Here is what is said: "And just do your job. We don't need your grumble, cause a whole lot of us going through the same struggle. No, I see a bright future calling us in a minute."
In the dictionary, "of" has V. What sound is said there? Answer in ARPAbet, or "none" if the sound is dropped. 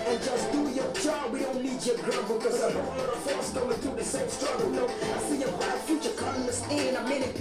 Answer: F